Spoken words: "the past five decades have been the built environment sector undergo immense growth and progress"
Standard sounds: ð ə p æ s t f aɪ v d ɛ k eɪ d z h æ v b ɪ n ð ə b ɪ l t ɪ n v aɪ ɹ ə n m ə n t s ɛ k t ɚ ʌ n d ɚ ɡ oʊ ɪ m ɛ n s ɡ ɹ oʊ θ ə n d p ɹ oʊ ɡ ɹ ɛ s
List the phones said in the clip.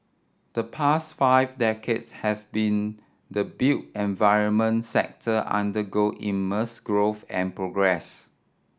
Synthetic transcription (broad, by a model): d ə p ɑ s t f aɪ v d ɛ k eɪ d s h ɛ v b ɪ n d ə b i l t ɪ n v aɪ ɹ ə n m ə n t s ɛ k t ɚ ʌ n d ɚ ɡ oʊ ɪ m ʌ s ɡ ɹ oʊ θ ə n p ɹ oʊ ɡ ɹ ɛ s